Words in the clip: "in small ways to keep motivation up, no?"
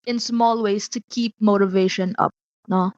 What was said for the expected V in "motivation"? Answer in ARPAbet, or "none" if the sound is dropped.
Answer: V